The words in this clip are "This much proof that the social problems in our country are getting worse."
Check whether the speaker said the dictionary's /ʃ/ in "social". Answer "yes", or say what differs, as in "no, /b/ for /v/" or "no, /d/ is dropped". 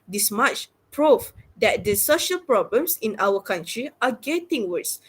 yes